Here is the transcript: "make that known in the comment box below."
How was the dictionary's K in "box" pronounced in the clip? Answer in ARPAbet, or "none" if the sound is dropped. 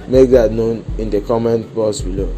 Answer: none